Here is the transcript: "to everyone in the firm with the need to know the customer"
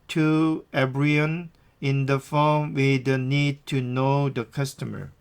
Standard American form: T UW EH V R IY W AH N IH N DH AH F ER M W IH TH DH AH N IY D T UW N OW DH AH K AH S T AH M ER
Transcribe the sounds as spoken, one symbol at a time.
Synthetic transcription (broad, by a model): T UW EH B R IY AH N IH N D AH F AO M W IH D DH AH N IY D T UW N OW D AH K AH S T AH M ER